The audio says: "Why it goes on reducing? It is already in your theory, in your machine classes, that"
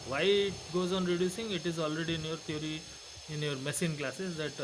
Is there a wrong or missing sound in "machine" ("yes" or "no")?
yes